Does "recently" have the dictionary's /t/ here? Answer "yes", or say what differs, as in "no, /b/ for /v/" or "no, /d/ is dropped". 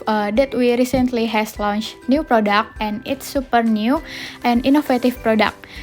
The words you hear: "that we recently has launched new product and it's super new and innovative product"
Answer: yes